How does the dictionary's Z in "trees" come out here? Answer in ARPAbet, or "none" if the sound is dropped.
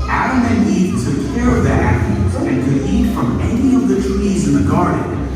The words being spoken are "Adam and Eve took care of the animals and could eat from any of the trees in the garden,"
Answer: Z